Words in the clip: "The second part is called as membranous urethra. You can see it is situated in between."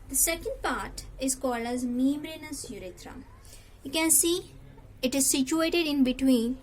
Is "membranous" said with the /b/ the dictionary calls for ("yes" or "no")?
no